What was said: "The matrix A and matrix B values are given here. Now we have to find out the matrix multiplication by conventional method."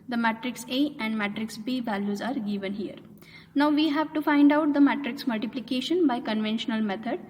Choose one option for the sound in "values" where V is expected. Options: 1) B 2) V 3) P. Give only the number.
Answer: 2